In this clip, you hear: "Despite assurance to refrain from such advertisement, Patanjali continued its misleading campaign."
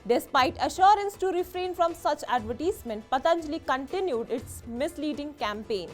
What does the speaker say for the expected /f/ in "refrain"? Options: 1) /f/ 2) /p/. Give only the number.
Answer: 1